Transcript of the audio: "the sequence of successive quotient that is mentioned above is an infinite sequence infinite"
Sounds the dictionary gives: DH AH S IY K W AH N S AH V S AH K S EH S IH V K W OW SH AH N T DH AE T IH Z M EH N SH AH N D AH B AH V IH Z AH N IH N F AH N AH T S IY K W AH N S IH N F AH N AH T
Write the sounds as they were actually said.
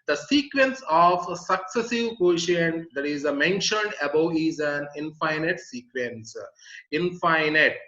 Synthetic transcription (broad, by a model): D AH S IY K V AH N S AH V S AH K S EH S IH V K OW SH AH N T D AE T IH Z M EH N SH AH N D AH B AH IH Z AH N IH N F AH N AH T S IY K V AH N S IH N F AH N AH T